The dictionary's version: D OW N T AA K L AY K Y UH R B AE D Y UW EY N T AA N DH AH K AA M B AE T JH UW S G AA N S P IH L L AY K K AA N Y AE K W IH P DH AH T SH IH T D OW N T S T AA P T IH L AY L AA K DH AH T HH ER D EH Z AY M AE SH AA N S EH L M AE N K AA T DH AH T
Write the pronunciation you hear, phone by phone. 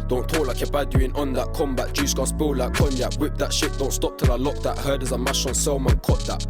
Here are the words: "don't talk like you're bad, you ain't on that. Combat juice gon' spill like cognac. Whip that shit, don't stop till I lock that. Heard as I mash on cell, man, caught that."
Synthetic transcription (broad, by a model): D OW N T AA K L AY K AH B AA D Y UW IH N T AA N DH AH K AA M B AE T JH UW S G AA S B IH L L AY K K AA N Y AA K W IH P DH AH T SH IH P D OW N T S T AA P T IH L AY L AA K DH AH T HH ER D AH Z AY M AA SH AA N S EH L M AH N K AA T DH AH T